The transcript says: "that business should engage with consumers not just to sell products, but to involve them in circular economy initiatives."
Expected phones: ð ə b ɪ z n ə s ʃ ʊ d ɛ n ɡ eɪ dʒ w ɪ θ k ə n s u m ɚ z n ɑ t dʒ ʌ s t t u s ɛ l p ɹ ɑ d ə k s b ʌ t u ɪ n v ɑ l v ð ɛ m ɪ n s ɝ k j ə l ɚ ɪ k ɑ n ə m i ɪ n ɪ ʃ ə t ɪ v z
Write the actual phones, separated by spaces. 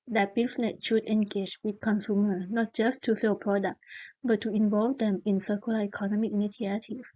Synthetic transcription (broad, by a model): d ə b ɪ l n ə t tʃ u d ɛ n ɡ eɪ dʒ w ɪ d k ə n s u m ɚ n ɑ t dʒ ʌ s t t u s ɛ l p ɹ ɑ d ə k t b ʌ t u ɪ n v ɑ l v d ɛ m ɪ n s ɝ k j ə l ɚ ɪ k ɑ n ə m i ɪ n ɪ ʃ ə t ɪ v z